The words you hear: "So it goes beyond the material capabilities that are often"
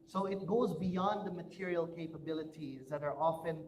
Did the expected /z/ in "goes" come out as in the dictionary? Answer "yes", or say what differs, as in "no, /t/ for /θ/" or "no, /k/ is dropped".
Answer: yes